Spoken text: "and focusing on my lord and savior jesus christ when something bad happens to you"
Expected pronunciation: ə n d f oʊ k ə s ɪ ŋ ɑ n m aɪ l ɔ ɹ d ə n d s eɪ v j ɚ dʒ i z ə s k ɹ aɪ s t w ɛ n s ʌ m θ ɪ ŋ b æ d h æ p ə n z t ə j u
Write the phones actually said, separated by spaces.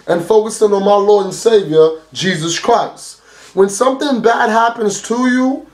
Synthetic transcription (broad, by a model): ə n f oʊ k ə s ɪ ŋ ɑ n m aɪ l ɔ ɹ d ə n s eɪ v j ɚ dʒ i z ə s k ɹ aɪ s t w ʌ n s ʌ m θ ɪ ŋ b æ d h æ p ə n z t ə j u